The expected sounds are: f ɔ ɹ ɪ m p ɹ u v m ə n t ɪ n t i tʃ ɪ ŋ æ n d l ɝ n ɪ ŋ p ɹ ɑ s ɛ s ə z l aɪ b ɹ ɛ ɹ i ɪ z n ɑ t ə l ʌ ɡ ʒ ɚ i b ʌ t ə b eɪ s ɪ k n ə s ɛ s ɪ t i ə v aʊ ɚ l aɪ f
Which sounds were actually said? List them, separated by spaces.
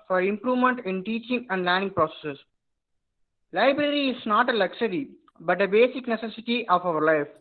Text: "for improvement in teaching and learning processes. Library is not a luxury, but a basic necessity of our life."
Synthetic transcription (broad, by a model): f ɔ ɹ ɪ m p ɹ u v m ə n t ɪ n t i tʃ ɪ ŋ æ n d l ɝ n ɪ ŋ p ɹ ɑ s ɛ s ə s l aɪ b ɹ ɛ ɹ i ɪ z n ɑ t ə l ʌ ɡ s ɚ i b ʌ t ə b eɪ s ɪ k n ə s ɛ s ɪ t i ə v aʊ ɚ l aɪ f